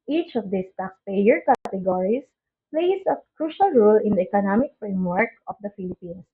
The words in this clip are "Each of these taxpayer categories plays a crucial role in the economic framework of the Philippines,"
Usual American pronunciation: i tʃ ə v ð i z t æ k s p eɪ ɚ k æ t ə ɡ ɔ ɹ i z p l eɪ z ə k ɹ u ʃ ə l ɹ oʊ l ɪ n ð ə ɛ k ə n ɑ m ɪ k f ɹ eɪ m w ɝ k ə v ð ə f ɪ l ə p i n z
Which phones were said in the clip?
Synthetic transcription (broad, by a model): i tʃ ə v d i s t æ k s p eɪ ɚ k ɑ t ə ɡ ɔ ɹ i s p l eɪ s ə k ɹ u ʃ ə l ɹ oʊ l ɪ n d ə ɛ k ə n ɑ m ɪ k f ɹ eɪ m w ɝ k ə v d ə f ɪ l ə p i n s